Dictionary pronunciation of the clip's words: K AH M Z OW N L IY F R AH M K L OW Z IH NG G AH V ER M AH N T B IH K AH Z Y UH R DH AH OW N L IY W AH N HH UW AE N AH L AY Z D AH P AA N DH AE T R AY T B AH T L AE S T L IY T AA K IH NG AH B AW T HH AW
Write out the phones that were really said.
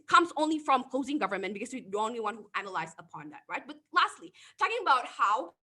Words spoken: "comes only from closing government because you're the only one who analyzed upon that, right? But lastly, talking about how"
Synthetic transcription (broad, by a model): K AH M Z OW N L IY F R AH M K L OW Z IH NG G AH V ER M AH N T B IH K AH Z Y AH R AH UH N L IY W AH N HH UW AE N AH L AY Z AH P AA N DH AE T R AY T B AH T L AE S T L IY T AA K IH NG AH B AW T HH AW